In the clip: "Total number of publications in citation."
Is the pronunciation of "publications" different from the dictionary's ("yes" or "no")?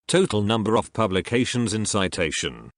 no